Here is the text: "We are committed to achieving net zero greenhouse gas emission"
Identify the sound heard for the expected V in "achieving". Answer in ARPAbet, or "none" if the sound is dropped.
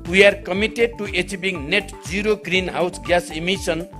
B